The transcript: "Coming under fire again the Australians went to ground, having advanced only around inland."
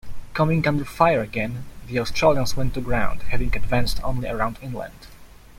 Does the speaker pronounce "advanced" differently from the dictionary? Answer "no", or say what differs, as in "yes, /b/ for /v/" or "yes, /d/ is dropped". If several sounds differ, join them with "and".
no